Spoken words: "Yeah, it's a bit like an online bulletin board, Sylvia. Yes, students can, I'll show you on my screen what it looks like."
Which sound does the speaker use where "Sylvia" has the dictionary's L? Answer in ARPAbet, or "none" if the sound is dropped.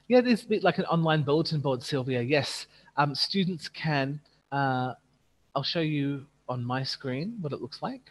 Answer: L